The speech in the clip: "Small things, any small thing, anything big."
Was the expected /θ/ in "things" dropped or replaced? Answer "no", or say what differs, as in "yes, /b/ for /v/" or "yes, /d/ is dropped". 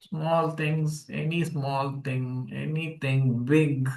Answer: yes, /t/ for /θ/